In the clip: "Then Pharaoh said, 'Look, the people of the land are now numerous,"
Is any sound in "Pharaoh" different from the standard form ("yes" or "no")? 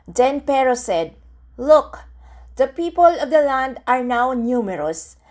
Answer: yes